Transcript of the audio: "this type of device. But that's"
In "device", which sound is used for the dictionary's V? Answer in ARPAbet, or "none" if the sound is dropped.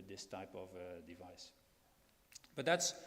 V